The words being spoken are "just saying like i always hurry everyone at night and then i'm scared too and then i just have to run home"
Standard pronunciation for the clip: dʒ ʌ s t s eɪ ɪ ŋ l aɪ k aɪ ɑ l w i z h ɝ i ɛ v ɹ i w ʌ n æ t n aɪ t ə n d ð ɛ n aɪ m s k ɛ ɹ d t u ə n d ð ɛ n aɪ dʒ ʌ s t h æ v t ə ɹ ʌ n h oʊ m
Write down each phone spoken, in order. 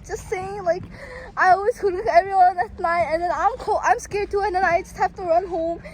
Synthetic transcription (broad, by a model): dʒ ʌ s t s eɪ ɪ ŋ l aɪ k aɪ ɑ l w i z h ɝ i ɛ v ɹ i w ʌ n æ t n aɪ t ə n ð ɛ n aɪ m s k ɛ ɹ d t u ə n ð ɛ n aɪ dʒ ʌ s t h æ f t ə ɹ ʌ n h oʊ m